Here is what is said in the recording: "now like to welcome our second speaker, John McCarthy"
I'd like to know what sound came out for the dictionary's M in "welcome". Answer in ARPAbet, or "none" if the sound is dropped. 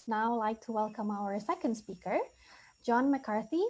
M